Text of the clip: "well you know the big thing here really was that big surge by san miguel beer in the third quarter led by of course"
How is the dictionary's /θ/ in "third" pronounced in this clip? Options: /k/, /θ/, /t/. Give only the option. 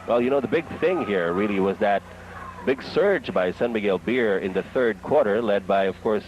/θ/